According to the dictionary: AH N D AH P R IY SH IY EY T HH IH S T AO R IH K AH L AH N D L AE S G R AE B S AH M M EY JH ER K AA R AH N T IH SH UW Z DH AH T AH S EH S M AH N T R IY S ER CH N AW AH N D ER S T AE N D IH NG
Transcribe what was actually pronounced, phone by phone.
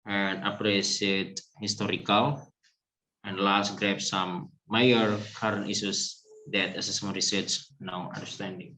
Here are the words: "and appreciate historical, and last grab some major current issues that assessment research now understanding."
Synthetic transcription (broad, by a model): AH N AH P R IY S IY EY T HH IH S T AO R IH K AH L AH N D L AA S G R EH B S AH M M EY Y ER K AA R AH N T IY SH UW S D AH T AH S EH S M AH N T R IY S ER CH N AW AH N D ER S T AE N D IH NG